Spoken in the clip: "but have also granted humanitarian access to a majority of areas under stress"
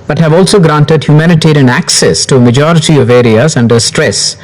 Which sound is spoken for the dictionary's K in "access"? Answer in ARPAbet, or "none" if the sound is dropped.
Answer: K